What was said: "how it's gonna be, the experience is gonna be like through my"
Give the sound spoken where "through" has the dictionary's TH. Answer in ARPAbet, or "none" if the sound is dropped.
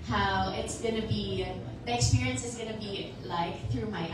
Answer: TH